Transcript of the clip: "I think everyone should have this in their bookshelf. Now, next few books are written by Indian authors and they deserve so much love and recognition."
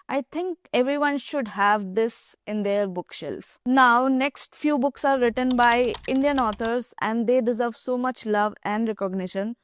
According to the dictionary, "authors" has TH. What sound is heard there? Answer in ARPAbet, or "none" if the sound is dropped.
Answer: T